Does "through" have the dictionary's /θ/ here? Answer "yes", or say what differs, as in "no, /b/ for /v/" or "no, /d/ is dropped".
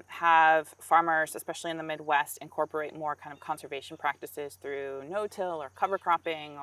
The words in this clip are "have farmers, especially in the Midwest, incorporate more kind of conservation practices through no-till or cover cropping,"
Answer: yes